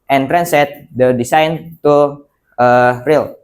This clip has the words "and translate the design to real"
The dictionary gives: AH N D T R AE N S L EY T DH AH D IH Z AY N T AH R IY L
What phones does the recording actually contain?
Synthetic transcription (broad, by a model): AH N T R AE N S EY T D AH D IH S AY N T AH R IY L